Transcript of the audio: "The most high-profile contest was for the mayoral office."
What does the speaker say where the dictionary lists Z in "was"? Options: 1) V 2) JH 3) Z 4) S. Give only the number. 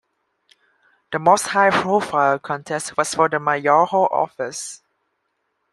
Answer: 4